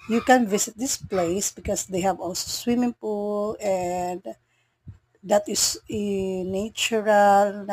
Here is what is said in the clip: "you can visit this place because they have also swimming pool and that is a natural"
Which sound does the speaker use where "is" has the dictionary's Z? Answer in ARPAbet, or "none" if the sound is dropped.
S